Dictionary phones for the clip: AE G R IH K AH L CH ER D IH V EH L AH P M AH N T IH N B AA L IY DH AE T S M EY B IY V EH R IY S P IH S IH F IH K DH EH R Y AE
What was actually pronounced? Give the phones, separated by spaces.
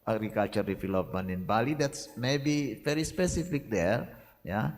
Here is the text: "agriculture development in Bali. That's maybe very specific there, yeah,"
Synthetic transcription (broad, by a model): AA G R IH K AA L CH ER D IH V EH L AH P M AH N IH N B AA L IY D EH T S M EY B IY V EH R IY S P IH S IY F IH K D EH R Y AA